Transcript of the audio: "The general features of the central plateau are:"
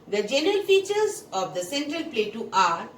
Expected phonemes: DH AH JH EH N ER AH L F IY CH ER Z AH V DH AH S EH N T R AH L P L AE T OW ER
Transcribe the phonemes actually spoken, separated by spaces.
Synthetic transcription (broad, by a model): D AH JH EH N ER AH L F IY CH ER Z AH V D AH S EH N T R AH L P L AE T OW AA